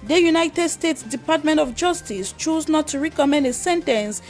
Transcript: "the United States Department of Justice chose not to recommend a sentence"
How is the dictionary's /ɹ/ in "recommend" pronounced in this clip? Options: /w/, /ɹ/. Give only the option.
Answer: /ɹ/